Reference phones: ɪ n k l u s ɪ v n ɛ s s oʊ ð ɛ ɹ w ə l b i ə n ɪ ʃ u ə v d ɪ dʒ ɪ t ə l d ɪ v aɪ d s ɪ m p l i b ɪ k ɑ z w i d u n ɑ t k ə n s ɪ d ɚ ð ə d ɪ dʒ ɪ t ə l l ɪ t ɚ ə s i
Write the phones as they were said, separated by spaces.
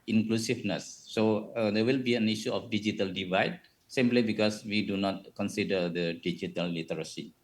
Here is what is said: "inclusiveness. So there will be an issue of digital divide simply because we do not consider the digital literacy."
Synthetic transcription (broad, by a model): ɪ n k l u s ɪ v n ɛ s s oʊ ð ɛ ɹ w ə l b i ə n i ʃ u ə f d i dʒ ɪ t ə l d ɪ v aɪ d s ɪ m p l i b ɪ k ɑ s w i d u n ɑ t k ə n s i d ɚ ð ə d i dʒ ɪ t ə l l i t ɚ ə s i